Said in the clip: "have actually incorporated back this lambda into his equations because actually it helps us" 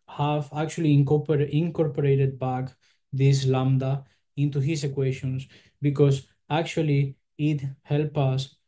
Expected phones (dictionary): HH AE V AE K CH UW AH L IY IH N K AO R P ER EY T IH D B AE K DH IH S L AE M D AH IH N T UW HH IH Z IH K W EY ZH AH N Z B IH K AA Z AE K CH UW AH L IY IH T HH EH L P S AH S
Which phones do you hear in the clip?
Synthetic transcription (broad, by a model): HH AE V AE K CH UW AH L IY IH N K AO R P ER EY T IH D B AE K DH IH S L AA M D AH IH N T UW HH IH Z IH K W EY SH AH N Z B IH K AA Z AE K CH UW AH L IY IH T HH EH L P AH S